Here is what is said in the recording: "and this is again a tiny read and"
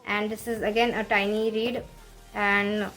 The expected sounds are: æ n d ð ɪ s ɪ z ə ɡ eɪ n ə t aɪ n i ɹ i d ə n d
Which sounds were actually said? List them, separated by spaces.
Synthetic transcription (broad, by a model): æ n d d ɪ s ɪ z ə ɡ eɪ n ə t aɪ n i ɹ i d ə n d